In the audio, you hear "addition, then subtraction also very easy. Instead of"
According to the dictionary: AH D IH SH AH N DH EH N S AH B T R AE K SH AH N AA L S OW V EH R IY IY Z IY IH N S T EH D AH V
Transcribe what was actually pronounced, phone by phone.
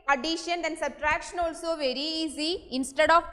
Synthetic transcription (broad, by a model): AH D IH SH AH N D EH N S AH B T R AE K SH AH N AA L S OW V EH R IY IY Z IY IH N S T EH D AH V